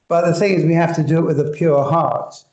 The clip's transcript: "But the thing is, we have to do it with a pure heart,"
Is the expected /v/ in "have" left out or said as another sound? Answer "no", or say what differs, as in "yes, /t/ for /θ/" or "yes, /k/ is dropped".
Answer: yes, /f/ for /v/